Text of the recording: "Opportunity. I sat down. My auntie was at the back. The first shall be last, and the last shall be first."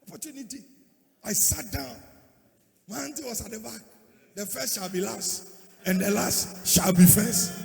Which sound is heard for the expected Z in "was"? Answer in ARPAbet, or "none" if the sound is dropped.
S